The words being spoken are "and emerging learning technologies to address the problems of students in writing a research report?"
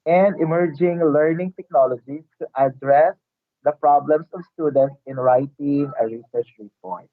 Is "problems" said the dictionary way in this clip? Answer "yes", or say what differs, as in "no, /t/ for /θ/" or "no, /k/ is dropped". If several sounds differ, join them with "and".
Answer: no, /s/ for /z/